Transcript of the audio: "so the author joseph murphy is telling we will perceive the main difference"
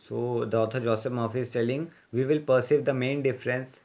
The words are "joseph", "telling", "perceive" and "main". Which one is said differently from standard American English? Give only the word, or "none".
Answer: joseph